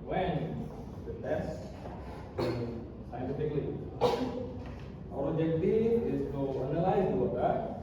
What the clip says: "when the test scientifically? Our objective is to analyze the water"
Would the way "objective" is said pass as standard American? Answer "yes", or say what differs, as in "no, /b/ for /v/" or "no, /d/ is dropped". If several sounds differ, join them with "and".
no, /b/ is dropped and /v/ is dropped